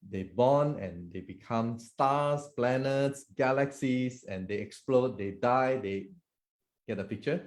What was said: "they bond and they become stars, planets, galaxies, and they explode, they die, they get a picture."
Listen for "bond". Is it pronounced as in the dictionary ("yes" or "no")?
no